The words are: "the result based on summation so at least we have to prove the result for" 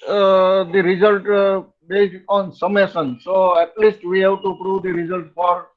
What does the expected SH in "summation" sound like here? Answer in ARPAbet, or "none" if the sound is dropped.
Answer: S